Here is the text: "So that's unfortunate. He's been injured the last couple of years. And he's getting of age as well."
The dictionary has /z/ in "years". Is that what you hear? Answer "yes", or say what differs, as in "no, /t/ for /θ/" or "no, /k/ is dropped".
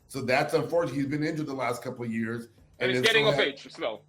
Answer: yes